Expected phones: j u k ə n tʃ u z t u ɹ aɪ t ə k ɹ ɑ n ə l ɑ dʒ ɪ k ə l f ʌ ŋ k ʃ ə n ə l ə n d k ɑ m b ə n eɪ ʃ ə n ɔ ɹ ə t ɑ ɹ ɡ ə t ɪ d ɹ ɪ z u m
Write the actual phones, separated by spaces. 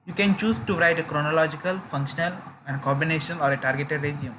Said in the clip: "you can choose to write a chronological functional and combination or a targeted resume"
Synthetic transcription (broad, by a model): j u k ə n tʃ u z t u ɹ aɪ t ə k ɹ ɑ n ə l ɑ dʒ ɪ k ə l f ʌ ŋ k ʃ ə n ə l ə n d k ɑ b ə n eɪ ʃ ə n ɔ ɹ ə t ɑ ɹ ɡ ə t ɪ d ɹ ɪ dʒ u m